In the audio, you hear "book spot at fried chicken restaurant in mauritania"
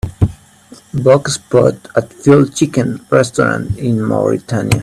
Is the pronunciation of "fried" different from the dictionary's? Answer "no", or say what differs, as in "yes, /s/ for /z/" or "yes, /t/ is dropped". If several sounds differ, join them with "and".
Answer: yes, /ɹ/ is dropped